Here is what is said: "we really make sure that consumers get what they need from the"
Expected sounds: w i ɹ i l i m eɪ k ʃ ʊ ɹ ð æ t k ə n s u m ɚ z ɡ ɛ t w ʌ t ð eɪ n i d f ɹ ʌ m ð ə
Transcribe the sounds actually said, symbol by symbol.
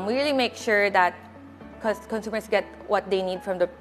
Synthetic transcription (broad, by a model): w i ɹ i l i m eɪ k ʃ ʊ ɹ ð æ t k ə n s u m ɚ s ɡ ɛ t w ʌ t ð eɪ n i d f ɹ ʌ m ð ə